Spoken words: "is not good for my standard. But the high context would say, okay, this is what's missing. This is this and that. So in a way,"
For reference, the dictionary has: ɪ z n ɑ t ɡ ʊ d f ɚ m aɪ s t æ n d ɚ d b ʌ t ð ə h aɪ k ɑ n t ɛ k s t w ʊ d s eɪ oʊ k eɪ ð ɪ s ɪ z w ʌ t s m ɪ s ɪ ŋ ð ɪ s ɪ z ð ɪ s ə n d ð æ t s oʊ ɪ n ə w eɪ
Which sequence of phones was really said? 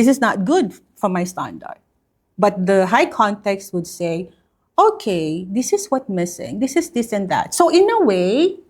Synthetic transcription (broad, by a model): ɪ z n ɑ t ɡ ʊ d f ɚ m aɪ s t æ n d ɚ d b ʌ t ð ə h aɪ k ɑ n t ɛ k s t w ʊ d s eɪ oʊ k eɪ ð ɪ s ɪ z w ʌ t m ɪ s ɪ ŋ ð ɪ s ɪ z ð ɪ s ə n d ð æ t s oʊ ɪ n ə w eɪ